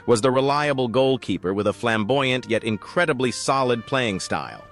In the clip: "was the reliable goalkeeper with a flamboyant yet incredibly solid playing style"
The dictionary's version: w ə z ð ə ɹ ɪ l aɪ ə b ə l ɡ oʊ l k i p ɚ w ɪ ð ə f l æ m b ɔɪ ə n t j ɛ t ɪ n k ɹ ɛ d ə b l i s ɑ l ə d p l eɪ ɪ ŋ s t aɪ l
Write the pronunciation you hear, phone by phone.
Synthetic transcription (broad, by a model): w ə z ð ə ɹ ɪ l aɪ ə b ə l ɡ oʊ l k i p ɚ w ɪ ð ə f l æ m b ɔɪ ə n t j ɛ t ɪ n k ɹ ɛ d ə b l i s ɑ l ə d p l eɪ ɪ ŋ s t aɪ l